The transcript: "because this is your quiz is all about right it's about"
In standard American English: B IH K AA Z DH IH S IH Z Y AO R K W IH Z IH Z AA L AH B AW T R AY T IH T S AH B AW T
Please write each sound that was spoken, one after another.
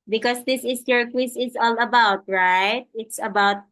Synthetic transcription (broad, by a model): B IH K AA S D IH S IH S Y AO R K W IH S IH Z AA L AH B AW T R AY T IH T S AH B AW T